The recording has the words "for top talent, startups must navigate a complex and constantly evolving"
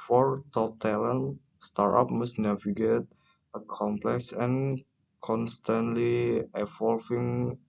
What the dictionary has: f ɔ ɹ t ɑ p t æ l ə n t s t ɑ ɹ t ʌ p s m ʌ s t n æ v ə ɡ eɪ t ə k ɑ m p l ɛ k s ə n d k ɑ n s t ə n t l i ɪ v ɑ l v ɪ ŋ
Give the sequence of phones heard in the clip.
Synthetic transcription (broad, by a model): f ɔ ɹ t ɑ p t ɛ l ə n s t ɑ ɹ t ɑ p m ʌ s n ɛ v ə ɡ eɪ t ə k ɑ m p l ɛ k s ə n k ɑ n s t ə n t l i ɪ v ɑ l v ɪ ŋ